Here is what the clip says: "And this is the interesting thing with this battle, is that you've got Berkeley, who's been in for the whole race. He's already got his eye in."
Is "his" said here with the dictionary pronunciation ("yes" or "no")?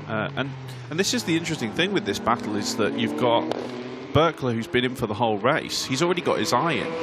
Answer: yes